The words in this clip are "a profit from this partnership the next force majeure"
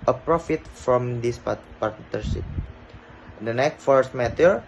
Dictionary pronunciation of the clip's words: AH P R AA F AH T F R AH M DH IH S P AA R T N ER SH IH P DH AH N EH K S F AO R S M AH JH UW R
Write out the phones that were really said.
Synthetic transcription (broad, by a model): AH P R AA F AH T F R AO M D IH S P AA R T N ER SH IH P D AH N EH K F AO R S M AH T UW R